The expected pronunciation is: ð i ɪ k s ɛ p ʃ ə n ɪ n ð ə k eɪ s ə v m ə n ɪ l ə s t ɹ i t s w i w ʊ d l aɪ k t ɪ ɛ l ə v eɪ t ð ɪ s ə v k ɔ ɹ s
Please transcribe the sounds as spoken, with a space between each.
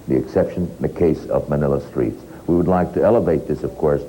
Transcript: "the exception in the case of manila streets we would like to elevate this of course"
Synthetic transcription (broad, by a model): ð i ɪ k s ɛ p ʃ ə ɪ n ð ə k eɪ s ə v m ə n ɪ l ə s t ɹ i t s w i w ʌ d l aɪ k t ɪ ɛ l ə v eɪ t ð ɪ s ə v k ɔ ɹ s